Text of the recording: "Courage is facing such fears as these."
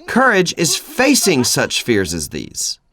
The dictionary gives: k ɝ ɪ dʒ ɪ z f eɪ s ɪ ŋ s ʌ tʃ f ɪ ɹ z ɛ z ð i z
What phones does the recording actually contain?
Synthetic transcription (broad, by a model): k ɝ ɪ dʒ ɪ z f eɪ s ɪ ŋ s ʌ tʃ f ɪ ɹ z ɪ z ð i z